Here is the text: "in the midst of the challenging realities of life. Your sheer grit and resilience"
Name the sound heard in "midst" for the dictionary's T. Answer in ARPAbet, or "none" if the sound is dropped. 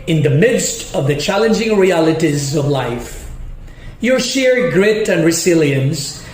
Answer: T